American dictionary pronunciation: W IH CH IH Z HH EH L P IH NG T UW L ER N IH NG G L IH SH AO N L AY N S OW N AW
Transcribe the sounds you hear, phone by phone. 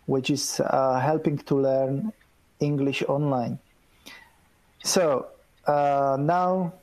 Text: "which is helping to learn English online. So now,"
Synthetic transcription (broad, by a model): W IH CH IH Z HH EH L P IH NG T UW L ER N IH NG G L IH SH AO N L AY N S OW N AW